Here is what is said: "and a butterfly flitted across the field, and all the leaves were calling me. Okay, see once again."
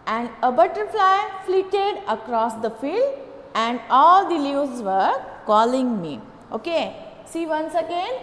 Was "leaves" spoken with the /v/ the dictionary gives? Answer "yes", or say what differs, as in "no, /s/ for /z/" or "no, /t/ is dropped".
no, /v/ is dropped